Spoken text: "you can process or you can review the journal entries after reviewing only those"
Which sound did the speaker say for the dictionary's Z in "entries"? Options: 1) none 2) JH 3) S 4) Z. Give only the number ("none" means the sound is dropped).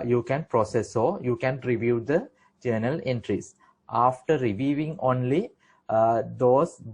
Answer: 3